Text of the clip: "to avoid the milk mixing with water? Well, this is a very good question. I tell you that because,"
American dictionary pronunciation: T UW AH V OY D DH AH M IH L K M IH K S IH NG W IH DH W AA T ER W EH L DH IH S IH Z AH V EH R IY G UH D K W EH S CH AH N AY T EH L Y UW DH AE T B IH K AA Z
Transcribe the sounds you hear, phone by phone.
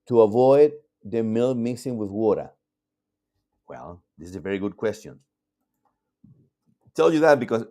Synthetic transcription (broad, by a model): T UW AH V OY D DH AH M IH L M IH S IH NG W IH DH W AA T ER W EH L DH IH S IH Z AH V EH R IY G UH D K W EH S CH AH N T EH L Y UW DH AE T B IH K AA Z